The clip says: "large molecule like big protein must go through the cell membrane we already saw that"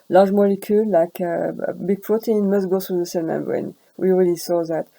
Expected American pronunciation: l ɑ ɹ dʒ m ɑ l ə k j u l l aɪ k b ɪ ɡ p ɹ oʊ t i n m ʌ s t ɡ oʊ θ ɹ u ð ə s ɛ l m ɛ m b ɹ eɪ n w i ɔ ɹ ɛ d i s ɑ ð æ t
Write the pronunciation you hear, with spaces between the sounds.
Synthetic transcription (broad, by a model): l ɑ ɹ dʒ m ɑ l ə k j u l l aɪ k b ɪ ɡ p ɹ oʊ t i n m ʌ s t ɡ oʊ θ ɹ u ð ə s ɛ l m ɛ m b ɹ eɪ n w i ɔ ɹ ɛ d i s ɑ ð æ t